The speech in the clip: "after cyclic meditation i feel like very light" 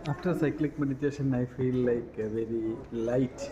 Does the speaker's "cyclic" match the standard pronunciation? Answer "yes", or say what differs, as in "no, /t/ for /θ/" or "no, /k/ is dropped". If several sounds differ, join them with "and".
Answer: yes